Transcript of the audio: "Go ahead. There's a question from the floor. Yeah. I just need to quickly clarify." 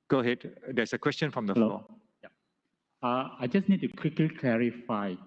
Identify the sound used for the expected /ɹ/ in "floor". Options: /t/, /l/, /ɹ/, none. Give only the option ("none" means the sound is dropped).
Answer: /l/